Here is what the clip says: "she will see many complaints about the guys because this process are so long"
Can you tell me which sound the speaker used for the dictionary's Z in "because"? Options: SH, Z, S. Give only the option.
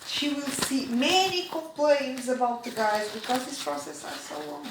Z